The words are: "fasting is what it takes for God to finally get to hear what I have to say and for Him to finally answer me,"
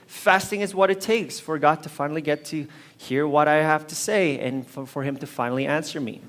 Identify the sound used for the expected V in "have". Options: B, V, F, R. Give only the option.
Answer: F